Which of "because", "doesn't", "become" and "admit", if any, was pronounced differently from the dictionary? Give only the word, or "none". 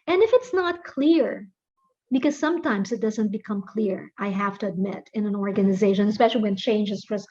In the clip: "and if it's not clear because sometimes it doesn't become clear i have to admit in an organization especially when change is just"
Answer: none